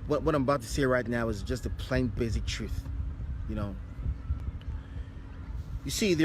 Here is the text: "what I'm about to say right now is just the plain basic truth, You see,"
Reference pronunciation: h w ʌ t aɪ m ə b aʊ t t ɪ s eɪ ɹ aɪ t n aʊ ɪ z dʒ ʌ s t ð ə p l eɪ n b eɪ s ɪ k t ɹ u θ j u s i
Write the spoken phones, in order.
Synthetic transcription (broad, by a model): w w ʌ t aɪ m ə b aʊ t t ɪ s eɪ ɹ aɪ t n aʊ ɪ z dʒ ʌ s t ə p l eɪ n b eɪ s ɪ k t ɹ u θ j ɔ s i